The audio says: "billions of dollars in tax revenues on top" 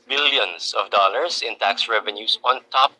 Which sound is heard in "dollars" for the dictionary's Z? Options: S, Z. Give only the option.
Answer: S